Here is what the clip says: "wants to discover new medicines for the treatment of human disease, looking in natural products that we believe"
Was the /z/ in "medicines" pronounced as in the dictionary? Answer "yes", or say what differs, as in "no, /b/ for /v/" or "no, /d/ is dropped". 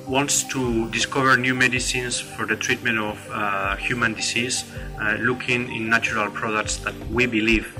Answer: no, /s/ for /z/